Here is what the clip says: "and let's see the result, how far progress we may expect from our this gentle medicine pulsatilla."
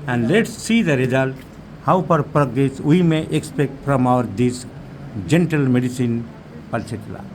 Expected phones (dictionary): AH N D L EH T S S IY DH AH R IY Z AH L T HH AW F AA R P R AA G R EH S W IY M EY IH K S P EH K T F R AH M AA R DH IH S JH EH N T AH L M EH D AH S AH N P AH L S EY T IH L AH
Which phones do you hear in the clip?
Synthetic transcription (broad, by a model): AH N D L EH T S S IY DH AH R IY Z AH L T HH AW P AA R P R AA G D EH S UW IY M EY IH K S P EH K T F R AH M AA R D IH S JH EH N T AH L M EH D AH S AH N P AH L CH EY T L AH